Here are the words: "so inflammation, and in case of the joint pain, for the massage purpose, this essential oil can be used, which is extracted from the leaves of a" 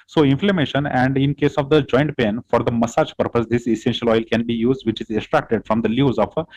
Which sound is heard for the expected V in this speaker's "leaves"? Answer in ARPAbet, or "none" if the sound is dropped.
none